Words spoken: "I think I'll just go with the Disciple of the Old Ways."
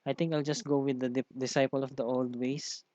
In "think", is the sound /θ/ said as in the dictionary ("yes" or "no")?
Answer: no